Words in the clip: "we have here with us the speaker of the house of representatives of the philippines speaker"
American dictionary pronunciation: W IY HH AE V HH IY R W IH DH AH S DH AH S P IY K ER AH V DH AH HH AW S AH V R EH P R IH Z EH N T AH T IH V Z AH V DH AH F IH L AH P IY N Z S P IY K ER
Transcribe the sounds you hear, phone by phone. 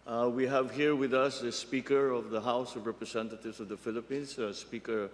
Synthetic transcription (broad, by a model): W IY HH AE V HH IY R W IH DH AH S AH S P IY K ER AH V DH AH HH AW S AH V R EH P R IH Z EH N T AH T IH V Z AH V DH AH F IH L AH P IY N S S P IY K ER